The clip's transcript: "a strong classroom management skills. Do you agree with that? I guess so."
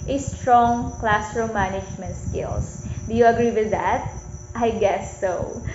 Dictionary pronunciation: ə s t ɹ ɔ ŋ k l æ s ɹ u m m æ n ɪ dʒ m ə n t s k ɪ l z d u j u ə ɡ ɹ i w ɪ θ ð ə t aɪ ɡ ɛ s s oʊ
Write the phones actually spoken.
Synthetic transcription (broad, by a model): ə s t ɹ ɔ ŋ k l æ s ɹ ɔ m m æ n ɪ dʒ m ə n t s k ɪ l s d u j u ə ɡ ɹ i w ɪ ð ə t aɪ ɡ ɛ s s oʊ